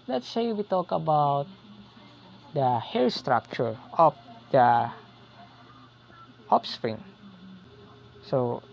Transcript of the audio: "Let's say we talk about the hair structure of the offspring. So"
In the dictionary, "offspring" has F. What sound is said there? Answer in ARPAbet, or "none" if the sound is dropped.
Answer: P